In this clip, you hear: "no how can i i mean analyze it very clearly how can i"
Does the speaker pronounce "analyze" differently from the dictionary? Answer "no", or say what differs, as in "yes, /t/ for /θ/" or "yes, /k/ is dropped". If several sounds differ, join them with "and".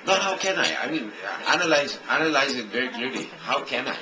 no